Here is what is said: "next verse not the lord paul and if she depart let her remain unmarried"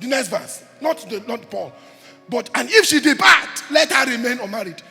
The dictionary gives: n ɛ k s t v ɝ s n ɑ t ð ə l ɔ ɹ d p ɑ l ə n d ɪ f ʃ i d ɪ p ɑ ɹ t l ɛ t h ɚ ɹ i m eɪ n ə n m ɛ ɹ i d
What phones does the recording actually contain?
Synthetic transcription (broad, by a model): n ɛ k s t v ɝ s n ɑ t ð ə n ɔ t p ɑ l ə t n ɪ f ʃ i d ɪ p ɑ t l ɛ t h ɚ ɹ i m eɪ n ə m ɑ ɹ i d